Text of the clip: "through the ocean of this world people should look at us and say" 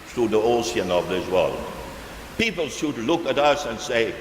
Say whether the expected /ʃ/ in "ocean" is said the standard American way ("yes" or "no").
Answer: no